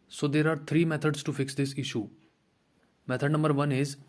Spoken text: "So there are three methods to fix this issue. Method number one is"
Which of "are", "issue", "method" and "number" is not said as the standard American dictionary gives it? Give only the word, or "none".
method